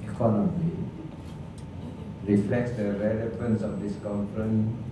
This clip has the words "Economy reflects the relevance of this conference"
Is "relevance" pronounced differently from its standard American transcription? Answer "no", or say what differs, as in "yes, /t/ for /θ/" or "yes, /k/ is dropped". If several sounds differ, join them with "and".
no